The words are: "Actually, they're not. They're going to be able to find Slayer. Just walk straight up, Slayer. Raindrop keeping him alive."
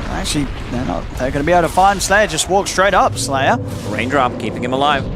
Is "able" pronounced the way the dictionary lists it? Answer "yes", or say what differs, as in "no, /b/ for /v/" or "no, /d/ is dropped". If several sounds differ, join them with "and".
no, /b/ is dropped